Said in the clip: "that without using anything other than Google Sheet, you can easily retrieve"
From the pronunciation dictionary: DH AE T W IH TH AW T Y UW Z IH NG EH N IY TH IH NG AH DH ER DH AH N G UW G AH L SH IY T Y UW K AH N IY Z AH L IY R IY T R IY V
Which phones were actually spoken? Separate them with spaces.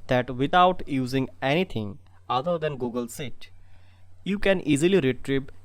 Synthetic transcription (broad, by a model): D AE T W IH T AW T Y UW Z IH NG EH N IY T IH NG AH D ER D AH N G UW G AH L S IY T Y UW K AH N IY Z AH L IY R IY T R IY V